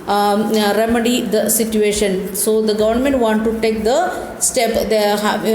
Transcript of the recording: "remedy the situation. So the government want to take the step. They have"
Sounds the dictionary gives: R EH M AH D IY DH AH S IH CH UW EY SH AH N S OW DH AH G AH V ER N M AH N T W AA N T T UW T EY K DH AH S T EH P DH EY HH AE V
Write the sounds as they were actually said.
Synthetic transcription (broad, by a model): R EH M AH D IY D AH S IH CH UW EY SH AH N S OW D AH G AH V ER N M AH N T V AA N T T UW T EY K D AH S T EH P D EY HH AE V